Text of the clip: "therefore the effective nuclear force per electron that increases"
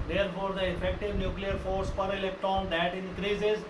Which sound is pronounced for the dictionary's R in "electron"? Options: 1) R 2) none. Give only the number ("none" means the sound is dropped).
2